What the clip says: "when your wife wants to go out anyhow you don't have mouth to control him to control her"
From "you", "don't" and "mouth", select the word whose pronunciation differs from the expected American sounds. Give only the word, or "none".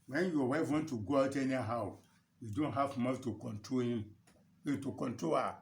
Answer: mouth